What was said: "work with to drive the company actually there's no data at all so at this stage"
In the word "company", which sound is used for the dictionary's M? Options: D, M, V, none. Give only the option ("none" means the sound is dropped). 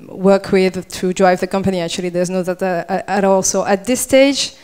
M